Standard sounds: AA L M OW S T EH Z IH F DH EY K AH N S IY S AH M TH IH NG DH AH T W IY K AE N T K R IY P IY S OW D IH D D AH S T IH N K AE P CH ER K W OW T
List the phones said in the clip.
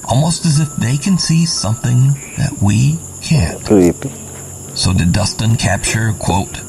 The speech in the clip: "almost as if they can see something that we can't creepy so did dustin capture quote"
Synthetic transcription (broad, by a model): AA L M OW S T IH Z IH F DH EY K AH N S IY S AH M TH IH NG DH AH T W IY K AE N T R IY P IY S OW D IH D D AH S T IH N K AE P CH ER K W OW T